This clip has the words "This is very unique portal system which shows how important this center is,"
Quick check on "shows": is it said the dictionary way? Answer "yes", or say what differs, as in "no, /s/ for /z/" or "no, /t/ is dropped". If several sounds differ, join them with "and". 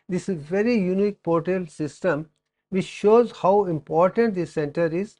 yes